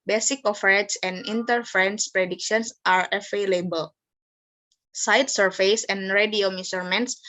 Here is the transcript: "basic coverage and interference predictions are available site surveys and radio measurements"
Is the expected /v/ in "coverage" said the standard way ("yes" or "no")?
no